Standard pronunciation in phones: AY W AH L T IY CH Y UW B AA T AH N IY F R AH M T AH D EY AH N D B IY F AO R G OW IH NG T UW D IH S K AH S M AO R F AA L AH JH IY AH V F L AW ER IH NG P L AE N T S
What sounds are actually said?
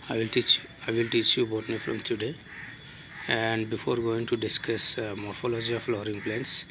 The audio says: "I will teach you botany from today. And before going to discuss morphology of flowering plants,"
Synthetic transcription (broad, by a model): AY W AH L T IY CH Y UW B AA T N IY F R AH M T AH D EY AH N D B IY F AO R G OW IH NG T UW D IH S K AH S M AO R F AA L AH JH IY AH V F L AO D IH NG P L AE N S